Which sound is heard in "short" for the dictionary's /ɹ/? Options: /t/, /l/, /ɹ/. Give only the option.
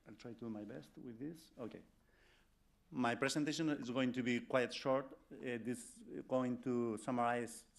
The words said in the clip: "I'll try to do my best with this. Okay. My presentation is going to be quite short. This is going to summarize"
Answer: /ɹ/